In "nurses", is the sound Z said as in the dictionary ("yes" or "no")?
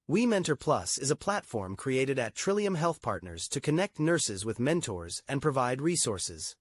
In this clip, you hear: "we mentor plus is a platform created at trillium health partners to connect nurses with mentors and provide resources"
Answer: yes